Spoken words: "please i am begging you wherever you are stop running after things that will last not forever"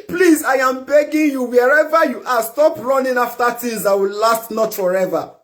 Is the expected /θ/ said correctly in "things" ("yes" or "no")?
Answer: no